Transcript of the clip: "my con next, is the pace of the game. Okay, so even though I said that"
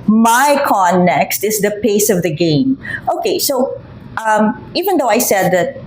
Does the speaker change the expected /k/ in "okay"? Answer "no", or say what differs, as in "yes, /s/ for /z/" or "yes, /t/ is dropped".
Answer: no